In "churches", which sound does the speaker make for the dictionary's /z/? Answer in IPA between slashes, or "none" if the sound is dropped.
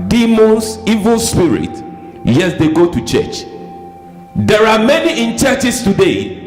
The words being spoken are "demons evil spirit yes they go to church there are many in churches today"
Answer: /s/